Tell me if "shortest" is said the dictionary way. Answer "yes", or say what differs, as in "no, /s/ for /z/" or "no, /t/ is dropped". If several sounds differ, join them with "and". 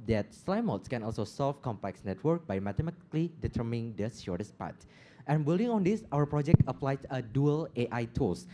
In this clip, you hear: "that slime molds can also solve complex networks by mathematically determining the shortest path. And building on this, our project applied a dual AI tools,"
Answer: no, /s/ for /ʃ/